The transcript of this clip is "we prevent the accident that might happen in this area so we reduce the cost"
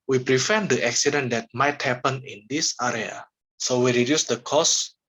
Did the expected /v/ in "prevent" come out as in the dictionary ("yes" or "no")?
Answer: no